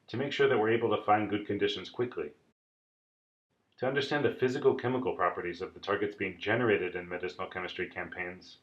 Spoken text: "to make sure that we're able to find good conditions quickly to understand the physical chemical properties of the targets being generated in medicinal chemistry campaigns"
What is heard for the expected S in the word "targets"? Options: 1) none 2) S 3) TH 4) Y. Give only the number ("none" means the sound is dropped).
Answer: 2